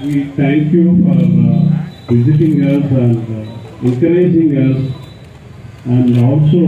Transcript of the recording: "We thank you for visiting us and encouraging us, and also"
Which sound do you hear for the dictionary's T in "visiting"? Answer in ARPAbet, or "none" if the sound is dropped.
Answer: T